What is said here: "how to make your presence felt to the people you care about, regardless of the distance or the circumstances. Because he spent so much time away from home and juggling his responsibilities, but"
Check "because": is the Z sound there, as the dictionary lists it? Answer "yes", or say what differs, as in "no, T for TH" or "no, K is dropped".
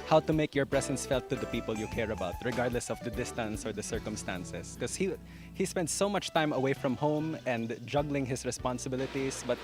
no, Z is dropped